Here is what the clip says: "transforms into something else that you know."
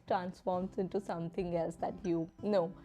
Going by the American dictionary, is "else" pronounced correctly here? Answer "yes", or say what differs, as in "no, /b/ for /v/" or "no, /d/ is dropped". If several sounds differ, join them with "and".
yes